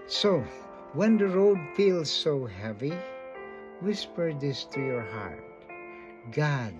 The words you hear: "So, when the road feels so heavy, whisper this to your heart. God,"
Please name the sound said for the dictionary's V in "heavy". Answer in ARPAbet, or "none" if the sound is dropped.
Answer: V